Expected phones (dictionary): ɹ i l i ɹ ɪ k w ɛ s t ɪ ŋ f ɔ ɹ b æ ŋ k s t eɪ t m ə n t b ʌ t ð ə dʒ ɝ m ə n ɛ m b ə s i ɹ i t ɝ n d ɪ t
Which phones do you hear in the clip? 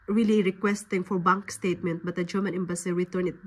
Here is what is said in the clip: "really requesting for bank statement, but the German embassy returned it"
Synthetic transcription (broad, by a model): ɹ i l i ɹ ɪ k w ɛ s t ɪ ŋ f ɔ ɹ b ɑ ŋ k s t eɪ t m ə n t b ʌ t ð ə dʒ ɝ m ə n ɛ m b ə s i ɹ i t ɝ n ɪ t